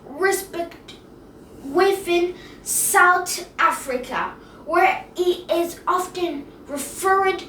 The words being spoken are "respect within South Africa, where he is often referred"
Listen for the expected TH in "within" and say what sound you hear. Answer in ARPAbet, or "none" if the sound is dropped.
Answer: F